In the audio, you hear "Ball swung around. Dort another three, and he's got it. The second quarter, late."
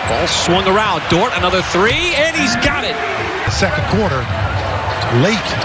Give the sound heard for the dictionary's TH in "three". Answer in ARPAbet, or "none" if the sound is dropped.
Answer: TH